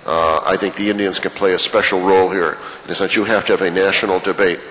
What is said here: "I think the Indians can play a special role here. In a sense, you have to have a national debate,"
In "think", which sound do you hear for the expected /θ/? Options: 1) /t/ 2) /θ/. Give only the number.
2